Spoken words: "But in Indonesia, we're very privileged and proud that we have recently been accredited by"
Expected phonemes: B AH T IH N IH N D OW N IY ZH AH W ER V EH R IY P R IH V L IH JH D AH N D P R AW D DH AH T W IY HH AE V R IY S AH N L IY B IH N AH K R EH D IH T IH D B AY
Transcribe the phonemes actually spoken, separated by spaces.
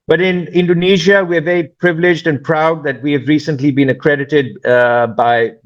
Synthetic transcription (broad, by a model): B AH T IH N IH N D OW N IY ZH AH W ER V EH R IY P R IH V L IH JH D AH N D P R AW D DH AH T W IY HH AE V R IY S AH N L IY B IH N AH K R EH D IH T IH D B AY